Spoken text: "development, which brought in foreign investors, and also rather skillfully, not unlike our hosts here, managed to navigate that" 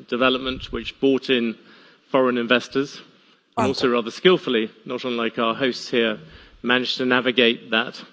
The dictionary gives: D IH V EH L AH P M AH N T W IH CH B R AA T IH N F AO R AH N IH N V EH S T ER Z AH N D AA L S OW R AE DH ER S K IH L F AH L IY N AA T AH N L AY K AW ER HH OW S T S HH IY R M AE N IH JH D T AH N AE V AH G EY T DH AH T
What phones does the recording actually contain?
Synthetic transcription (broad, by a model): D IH V EH L AH P M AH N T W IH CH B AA T IH N F AO R AH N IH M V EH S T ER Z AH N AA L S OW R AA DH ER S K IH L F AH L IY N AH T AH N L AY K AW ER HH OW S T S HH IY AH M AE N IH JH T AH N AE V AH G EY T DH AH T